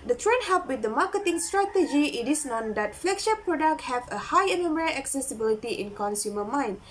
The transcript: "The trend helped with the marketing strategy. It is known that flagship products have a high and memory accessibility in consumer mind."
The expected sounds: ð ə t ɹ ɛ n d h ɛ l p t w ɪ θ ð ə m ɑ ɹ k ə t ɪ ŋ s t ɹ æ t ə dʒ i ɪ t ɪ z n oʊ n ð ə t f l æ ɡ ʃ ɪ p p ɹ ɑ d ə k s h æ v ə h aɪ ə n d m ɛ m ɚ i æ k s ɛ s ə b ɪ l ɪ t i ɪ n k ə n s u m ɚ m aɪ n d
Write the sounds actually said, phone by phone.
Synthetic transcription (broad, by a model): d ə t ɹ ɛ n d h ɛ p w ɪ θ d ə m ɑ k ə t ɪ ŋ s t ɹ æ t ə dʒ i ɪ t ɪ s n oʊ n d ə t f l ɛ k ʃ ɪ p p ɹ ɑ d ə k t h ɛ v ə h aɪ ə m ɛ m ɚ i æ k s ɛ s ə b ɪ l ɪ t i ɪ n k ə n s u m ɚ m aɪ n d